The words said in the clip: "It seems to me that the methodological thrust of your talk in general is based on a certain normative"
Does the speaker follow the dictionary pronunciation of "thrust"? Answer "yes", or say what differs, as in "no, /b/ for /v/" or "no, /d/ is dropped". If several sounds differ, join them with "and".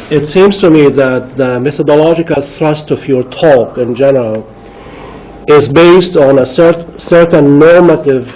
yes